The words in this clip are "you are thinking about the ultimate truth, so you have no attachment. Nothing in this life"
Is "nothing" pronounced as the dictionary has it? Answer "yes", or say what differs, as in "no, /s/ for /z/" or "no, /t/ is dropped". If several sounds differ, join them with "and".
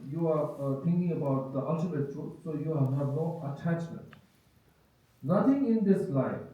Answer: no, /t/ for /θ/